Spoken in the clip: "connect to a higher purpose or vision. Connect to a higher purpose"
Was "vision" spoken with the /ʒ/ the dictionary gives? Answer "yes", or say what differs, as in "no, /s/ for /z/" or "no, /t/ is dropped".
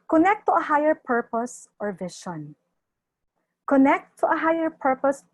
no, /ʃ/ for /ʒ/